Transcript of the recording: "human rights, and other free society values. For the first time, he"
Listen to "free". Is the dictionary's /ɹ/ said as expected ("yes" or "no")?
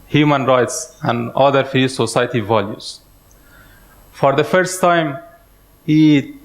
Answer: no